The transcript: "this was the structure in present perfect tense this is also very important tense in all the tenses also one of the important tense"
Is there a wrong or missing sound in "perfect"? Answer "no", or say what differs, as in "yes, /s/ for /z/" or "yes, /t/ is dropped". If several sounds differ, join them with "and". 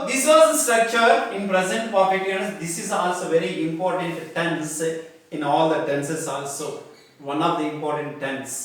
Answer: yes, /k/ is dropped